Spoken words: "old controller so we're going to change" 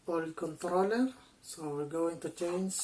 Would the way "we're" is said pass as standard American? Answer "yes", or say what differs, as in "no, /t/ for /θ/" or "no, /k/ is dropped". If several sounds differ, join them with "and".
no, /l/ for /ɹ/